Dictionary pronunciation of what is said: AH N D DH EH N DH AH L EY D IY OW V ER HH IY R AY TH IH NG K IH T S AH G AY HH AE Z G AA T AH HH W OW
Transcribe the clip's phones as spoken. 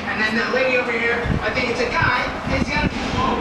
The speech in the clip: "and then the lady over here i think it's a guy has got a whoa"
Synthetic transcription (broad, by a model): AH N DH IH N DH AH L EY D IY OW V ER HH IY R AY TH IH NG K IH T S AH G AY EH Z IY AH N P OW